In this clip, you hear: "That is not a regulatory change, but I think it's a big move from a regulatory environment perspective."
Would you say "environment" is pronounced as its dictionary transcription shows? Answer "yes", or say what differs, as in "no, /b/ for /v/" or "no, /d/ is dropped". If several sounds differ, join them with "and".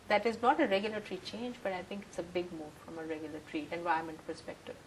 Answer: no, /ɹ/ is dropped